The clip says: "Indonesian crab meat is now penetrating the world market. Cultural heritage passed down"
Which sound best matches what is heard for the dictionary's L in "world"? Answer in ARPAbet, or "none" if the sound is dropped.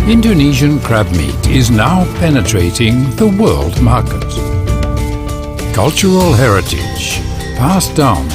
L